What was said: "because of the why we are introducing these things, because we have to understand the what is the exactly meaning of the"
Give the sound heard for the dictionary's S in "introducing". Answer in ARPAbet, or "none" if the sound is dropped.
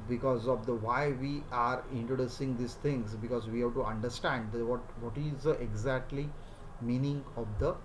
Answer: S